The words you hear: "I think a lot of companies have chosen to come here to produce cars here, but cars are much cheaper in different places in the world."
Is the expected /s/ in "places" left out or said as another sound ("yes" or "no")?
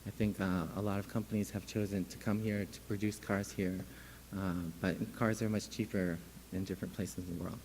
no